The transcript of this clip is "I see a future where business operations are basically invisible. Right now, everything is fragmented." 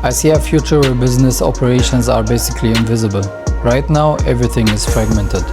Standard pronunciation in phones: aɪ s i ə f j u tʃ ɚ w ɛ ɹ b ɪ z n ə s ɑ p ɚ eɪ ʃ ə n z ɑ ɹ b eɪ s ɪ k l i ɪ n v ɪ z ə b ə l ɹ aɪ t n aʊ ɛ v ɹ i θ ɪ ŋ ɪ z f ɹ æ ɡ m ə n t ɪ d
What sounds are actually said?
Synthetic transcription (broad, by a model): aɪ s i ə f j u tʃ ɚ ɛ b ɪ z n ə s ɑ p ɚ eɪ ʃ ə n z ɑ ɹ b eɪ s ɪ k l i ɪ n v ɪ z ə b ə l ɹ aɪ t n aʊ ɛ v ɹ i θ ɪ ŋ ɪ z f ɹ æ ɡ m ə n t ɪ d